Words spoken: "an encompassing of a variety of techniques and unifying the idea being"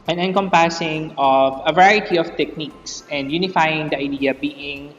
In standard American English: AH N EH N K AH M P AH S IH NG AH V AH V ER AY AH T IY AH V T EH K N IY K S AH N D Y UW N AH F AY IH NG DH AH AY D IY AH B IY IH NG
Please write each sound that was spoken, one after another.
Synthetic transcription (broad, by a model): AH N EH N K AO M P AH S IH NG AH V AH V ER AY AH T IY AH F T EH K N IY K S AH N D Y UW N AH F AY IH NG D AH AY D IY AH B IY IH NG